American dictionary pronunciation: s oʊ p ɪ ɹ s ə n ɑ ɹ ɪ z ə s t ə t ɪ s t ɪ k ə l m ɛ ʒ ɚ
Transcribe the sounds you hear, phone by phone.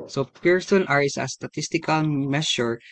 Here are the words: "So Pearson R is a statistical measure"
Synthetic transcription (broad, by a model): s oʊ p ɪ ɹ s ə n ɑ ɹ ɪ s ə s t ə t ɪ s t ɪ k ə l m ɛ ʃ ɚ